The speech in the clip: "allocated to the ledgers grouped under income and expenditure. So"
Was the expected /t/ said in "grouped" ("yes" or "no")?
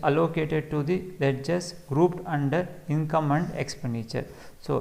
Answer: yes